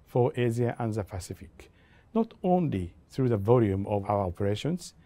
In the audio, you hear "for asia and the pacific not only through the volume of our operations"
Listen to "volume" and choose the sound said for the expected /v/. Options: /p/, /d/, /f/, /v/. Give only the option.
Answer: /v/